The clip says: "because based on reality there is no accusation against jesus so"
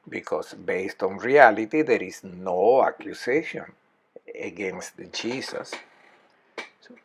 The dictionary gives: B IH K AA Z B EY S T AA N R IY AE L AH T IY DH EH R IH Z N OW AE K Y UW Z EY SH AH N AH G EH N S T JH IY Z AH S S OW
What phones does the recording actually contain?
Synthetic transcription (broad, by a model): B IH K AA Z B EY S T AA N R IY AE L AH T IY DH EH R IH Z N OW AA K Y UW S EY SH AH N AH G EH N S T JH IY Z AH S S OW